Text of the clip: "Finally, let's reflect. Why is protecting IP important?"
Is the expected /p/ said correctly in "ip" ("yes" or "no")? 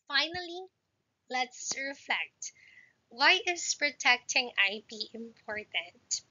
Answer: no